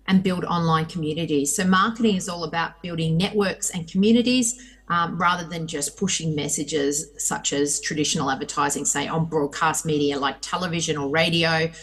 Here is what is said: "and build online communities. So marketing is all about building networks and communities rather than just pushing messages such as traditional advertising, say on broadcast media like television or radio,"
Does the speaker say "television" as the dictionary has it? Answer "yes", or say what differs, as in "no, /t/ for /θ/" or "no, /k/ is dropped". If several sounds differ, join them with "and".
yes